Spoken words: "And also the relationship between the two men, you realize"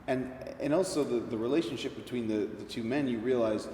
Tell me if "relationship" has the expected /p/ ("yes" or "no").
yes